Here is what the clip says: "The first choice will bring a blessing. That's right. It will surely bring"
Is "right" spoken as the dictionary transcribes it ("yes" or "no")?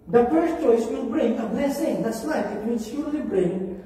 no